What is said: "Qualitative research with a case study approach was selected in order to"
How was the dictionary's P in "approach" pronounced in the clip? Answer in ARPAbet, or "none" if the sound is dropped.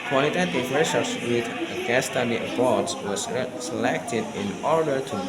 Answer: B